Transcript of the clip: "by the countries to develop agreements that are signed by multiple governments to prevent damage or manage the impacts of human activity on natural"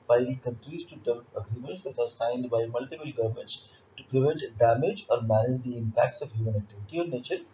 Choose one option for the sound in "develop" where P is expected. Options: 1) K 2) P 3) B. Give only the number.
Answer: 3